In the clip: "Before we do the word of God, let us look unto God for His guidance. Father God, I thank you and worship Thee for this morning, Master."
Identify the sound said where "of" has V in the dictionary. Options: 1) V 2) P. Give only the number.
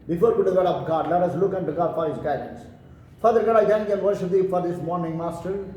2